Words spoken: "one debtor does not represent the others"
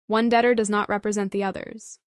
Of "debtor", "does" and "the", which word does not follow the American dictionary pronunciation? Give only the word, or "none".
none